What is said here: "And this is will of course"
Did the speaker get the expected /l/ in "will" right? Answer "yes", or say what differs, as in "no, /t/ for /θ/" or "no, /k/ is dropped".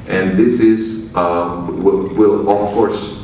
no, /w/ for /l/